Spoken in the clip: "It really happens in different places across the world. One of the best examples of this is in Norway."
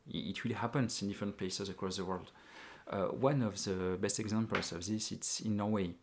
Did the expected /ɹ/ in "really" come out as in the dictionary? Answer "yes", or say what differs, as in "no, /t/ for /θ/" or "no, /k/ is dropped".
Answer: no, /w/ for /ɹ/